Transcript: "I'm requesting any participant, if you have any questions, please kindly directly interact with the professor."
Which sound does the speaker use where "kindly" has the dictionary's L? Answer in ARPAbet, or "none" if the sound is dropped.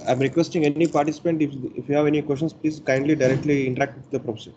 L